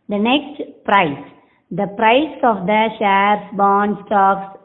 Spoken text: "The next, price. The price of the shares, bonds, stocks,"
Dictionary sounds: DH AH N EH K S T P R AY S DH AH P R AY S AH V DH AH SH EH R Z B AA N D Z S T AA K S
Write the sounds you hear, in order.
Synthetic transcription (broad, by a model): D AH N EH K S T P R AY S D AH P R AY S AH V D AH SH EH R S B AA N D S T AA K S